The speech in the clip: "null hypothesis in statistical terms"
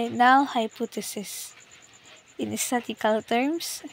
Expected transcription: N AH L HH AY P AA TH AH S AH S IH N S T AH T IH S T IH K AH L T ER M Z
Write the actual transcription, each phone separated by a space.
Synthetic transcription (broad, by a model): N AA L HH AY P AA T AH S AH S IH N S T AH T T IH K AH L T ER M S